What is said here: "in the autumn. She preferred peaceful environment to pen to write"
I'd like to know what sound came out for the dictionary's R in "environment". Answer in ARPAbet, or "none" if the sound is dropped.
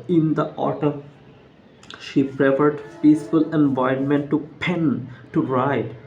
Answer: none